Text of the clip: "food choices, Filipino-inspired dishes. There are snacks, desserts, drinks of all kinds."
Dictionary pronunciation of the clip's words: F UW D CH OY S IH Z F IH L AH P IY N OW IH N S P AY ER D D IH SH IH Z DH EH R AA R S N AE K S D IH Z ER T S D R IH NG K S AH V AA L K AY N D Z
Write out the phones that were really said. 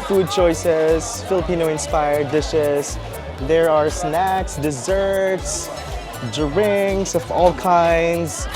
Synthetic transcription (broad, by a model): F UW D CH OY S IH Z F IH L AH P IY N OW IH N S P AY ER D D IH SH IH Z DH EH R AA R S N AE K S D IH Z ER T S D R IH NG S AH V AA L K AY N D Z